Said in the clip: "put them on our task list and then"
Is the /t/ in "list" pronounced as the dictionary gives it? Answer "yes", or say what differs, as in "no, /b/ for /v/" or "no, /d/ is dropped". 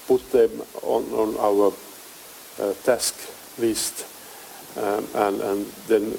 yes